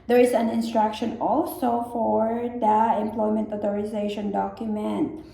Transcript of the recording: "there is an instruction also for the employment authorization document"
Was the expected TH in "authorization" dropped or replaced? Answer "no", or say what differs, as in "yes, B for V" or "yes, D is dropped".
yes, T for TH